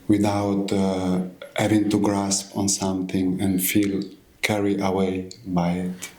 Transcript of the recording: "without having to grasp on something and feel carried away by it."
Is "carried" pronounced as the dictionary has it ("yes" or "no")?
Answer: no